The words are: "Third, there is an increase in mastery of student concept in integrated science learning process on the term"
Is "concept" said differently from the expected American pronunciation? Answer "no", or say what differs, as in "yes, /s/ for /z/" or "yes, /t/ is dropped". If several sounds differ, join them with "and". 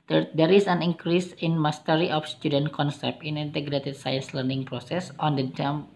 yes, /t/ is dropped